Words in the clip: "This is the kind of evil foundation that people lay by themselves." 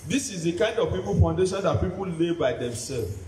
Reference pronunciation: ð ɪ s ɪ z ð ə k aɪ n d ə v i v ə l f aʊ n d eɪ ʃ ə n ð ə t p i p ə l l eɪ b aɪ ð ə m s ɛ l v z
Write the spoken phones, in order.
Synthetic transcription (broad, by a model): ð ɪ s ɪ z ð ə k aɪ n d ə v i p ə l f aʊ n d eɪ ʃ ə n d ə t p i p ə l l eɪ b aɪ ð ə m s ɛ l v